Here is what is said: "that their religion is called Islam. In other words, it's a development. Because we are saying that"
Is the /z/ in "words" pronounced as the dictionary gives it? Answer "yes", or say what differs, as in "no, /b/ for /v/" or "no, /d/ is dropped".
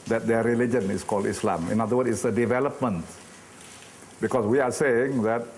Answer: no, /z/ is dropped